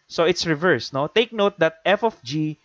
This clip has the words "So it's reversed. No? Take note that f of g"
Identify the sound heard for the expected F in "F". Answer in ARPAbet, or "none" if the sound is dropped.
F